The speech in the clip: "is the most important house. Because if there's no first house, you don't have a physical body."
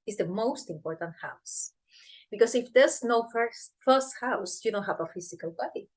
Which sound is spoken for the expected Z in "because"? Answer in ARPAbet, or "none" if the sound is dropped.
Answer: S